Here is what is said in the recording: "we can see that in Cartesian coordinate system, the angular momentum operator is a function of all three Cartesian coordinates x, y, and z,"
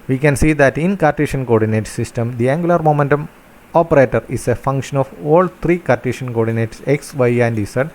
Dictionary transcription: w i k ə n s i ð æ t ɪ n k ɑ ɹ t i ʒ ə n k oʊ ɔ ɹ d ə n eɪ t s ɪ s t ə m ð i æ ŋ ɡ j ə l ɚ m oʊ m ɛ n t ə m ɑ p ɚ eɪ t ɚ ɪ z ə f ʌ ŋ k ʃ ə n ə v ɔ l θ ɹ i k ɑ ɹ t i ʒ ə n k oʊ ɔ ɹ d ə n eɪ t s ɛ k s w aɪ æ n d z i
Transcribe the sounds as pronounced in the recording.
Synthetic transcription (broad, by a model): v i k ə n s i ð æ t ɪ n k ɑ ɹ t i ʃ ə n k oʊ ɔ ɹ d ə n eɪ t s ɪ s t ə m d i æ ŋ ɡ j ə l ɚ m oʊ m ɛ n t ə m ɑ p ɚ eɪ t ɚ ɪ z ə f ʌ ŋ k ʃ ə n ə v ɔ l t ɹ i k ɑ ɹ t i ʃ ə n k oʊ ɔ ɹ d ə n eɪ t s ɛ k s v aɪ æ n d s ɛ